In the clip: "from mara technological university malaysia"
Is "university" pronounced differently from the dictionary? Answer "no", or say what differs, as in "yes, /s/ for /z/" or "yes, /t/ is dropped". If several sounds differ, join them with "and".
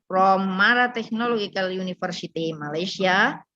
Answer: yes, /f/ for /v/